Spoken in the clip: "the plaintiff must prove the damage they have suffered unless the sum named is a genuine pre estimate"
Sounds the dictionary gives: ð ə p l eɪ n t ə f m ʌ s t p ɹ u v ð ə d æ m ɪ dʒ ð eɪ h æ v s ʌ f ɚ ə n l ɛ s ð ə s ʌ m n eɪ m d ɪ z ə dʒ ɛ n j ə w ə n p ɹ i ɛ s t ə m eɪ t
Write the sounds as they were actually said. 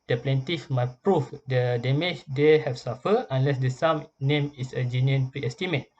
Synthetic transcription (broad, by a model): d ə p l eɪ n t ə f m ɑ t p ɹ u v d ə d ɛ m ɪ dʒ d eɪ h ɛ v s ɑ f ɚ ə n l ɛ s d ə s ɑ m n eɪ m ɪ s ə dʒ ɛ n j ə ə n p ɹ i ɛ s t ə m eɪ t